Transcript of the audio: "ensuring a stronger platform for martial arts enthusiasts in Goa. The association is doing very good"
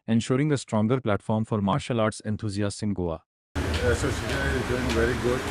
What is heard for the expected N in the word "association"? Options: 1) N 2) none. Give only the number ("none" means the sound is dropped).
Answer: 2